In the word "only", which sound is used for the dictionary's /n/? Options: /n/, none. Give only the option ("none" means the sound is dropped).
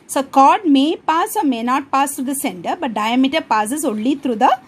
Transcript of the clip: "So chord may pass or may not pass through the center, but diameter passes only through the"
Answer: none